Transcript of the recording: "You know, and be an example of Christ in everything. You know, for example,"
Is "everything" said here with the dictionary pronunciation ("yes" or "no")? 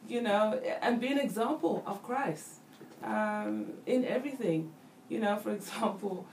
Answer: yes